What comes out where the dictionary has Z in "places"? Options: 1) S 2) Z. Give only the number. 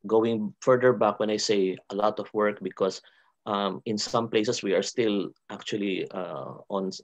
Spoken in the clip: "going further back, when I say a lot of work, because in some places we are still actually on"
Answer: 1